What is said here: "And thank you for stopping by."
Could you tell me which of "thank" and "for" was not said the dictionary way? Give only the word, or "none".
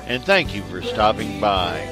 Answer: none